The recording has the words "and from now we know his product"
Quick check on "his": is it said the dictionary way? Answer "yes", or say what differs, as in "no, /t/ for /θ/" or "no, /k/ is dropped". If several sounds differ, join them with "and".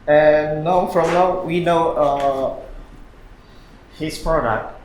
no, /s/ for /z/